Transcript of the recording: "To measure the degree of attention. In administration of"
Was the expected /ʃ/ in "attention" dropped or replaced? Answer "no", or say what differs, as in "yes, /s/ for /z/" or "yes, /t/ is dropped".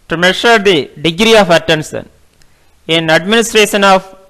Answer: yes, /s/ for /ʃ/